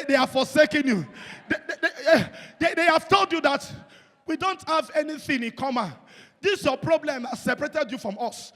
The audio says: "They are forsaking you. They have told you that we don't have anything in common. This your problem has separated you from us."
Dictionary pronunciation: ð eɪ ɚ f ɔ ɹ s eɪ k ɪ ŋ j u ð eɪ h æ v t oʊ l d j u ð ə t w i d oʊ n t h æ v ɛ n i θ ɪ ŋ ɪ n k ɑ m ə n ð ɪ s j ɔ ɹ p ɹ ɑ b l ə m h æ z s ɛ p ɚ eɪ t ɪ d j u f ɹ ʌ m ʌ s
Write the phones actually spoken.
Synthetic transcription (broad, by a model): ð eɪ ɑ f ɔ s eɪ k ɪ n j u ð eɪ h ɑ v t oʊ l d j u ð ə t w i d oʊ n t h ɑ v ɛ n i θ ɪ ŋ ɪ n k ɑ m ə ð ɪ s j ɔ p ɹ ɑ b l ə m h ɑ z s ɛ p ɚ eɪ t ɪ d j u f ɹ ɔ m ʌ s